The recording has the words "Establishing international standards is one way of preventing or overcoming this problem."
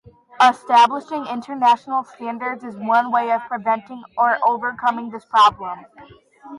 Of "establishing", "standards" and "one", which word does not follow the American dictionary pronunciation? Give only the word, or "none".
none